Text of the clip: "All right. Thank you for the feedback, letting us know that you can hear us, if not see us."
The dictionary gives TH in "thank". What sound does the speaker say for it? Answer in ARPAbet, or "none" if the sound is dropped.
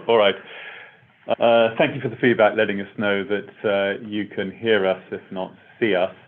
TH